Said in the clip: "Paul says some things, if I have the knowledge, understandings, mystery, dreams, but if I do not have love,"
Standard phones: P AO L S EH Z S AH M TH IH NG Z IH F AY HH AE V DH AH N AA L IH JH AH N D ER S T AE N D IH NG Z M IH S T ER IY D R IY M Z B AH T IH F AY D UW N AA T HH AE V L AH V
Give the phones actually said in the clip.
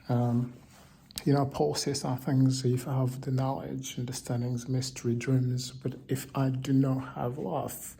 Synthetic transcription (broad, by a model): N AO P S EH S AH TH IH NG Z IH F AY V DH AH N AA L IH JH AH N D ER S T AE N D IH NG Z M IH S T ER IY D R IY M Z B AH T IH F AY D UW N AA T HH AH V L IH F